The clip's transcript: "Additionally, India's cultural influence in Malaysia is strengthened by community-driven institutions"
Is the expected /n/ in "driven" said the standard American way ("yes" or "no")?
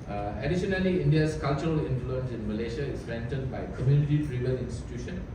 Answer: no